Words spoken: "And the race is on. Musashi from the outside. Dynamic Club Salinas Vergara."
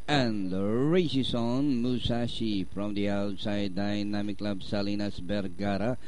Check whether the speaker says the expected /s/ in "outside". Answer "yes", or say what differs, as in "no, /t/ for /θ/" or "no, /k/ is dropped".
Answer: yes